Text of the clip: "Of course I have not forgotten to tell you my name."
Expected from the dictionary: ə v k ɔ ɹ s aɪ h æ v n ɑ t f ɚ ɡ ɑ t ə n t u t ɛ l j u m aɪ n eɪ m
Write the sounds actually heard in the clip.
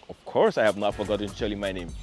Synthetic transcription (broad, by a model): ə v k ɔ ɹ s aɪ h æ v n ɑ t f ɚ ɡ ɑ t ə n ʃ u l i m aɪ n eɪ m